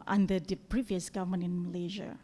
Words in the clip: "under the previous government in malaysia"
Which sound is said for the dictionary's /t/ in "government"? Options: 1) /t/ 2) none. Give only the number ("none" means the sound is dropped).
2